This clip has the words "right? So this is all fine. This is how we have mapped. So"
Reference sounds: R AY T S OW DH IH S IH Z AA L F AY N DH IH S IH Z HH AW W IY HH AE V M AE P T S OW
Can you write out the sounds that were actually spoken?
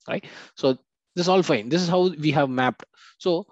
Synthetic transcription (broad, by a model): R AY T S OW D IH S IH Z AA L F AY N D IH S IH Z HH AW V IY HH AE V M AE P T S OW